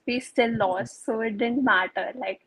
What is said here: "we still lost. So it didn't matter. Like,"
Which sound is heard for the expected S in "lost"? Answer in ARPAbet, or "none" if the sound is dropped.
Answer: S